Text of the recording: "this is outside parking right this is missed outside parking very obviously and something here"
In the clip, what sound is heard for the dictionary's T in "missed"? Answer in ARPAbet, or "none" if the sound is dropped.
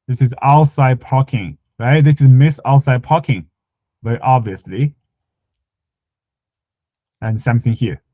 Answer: none